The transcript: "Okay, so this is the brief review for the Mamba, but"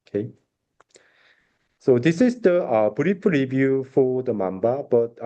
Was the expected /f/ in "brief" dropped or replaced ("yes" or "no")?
yes